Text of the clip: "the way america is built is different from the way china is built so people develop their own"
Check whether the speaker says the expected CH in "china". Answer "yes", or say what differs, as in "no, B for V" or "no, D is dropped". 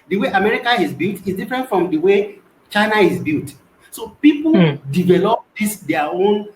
yes